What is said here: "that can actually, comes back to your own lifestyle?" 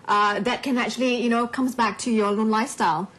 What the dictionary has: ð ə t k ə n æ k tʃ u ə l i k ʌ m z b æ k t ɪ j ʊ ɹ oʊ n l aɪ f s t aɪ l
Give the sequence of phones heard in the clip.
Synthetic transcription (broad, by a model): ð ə t k ə n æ k tʃ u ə n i k ʌ m z b æ k t ɪ j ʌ ɹ oʊ n l aɪ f s t aɪ l